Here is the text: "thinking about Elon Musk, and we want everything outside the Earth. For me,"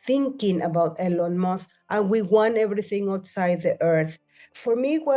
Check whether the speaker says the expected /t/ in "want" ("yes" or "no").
no